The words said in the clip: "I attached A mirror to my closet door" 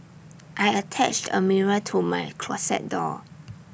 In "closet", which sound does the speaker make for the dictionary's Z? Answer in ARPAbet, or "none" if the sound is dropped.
S